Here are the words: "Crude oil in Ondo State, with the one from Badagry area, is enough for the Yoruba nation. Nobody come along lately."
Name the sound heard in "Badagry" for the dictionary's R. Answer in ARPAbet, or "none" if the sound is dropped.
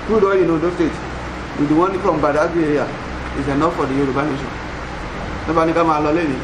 none